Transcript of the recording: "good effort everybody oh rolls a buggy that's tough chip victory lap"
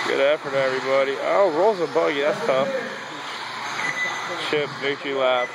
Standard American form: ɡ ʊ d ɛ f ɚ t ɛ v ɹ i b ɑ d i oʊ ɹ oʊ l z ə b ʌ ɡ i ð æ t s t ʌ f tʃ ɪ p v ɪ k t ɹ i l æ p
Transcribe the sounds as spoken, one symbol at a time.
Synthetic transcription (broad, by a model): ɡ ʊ d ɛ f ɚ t ɛ v ɹ i b ɑ d i oʊ ɹ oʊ z ə b ʌ ɡ i ð æ t s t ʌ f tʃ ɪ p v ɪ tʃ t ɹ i l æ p